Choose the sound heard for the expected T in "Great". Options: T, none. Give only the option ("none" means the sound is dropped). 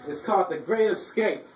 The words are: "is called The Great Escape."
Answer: T